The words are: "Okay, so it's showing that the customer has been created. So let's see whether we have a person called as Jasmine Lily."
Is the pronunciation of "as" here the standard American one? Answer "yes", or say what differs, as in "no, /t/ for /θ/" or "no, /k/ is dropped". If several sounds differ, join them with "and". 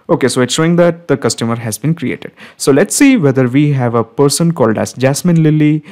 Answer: no, /s/ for /z/